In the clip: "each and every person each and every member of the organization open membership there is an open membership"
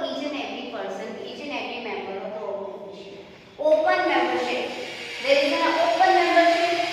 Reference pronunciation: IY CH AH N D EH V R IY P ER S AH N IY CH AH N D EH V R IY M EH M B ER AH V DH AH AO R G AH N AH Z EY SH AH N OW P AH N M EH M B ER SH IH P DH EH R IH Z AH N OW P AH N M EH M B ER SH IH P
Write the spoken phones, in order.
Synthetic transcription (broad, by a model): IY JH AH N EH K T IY P ER S AH N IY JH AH N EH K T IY M EH M B ER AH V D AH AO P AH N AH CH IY AH OW P AH N M EH M B ER SH IH P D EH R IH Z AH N OW P AH N M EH M B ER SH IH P